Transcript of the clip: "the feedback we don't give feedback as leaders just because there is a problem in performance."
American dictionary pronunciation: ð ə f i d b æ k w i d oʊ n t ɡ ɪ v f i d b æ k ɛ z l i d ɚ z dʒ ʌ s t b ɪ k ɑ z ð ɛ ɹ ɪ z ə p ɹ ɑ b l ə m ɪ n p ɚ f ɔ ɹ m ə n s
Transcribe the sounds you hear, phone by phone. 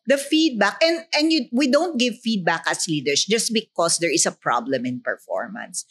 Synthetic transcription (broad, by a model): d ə f i d b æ k w i d oʊ n t ɡ ɪ v f i d b æ k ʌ s l i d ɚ s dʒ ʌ s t b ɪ k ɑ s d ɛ ɹ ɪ s ə p ɹ ɑ b l ə m ɪ n p ɚ f ɔ ɹ m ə n s